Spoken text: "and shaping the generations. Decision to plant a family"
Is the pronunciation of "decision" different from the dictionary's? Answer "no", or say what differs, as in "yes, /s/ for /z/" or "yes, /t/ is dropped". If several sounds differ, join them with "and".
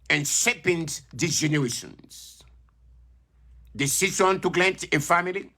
yes, /s/ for /ʒ/